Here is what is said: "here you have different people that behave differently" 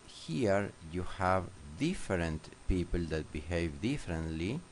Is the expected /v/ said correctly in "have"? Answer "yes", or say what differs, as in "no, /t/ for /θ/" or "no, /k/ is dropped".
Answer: yes